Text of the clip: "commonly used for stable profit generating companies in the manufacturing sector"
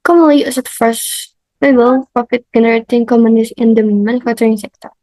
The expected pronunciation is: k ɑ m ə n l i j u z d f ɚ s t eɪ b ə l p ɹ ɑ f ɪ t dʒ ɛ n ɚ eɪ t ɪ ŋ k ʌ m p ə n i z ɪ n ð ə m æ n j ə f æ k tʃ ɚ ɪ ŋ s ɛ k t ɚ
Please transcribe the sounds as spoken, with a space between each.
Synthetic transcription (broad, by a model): k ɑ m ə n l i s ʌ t f ɚ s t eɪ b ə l p ɹ ɑ f ɪ t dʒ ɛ n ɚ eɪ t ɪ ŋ k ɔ m ə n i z ɪ n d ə m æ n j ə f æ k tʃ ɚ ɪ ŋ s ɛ k t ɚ